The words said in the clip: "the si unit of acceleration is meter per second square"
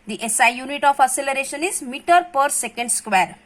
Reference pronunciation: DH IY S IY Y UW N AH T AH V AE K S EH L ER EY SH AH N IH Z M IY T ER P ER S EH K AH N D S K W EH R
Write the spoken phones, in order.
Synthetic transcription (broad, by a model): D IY S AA Y UW N AH T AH F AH S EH L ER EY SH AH N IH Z M IY T ER P ER S EH K AH N D S K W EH R